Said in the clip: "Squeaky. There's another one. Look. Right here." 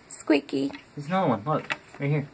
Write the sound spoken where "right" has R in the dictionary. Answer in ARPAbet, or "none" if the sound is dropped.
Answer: W